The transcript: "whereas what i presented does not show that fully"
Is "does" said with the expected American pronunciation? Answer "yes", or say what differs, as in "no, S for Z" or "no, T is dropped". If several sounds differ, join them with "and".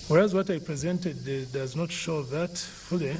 yes